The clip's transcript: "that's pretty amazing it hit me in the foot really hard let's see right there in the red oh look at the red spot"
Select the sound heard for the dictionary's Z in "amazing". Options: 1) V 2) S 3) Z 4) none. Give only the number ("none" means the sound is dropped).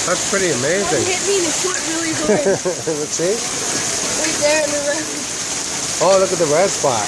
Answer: 3